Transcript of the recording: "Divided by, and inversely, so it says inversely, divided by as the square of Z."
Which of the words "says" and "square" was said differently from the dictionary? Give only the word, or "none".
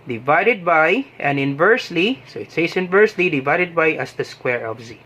says